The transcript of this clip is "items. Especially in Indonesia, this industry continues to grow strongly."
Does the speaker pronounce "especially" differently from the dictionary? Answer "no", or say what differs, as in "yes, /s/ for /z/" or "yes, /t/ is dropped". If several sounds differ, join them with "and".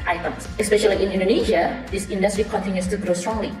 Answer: no